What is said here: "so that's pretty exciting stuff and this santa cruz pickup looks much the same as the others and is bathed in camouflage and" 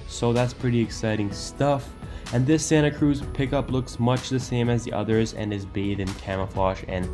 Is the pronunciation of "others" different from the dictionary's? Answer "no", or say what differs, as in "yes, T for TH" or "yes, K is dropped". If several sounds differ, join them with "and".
no